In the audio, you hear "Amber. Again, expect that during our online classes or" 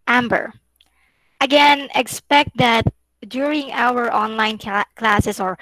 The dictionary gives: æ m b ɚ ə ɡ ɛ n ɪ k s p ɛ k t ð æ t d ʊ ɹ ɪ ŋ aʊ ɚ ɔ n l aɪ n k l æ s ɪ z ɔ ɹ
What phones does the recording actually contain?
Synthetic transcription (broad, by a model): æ m b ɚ ə ɡ ɛ n ɪ k s p ɛ k t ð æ t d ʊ ɹ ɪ ŋ aʊ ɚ ɔ n l aɪ n k l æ s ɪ s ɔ ɹ